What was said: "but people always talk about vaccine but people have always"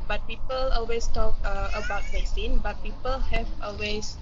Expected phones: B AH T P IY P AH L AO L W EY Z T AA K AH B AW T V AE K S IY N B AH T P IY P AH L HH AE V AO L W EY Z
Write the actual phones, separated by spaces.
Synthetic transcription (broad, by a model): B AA T P IY P AH L AO L W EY S T AA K AH B AW T P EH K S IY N B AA T P IY P AH L HH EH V AO L W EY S